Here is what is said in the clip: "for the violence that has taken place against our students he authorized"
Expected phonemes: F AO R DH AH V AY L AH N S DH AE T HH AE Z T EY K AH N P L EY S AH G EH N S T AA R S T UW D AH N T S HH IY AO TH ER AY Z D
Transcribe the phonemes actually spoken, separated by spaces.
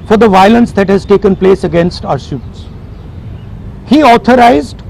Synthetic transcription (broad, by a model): F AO R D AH V AY L AH N S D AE T HH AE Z T EY K AH N P L EY S AH G EH N S T AA R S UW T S HH IY AO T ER AY Z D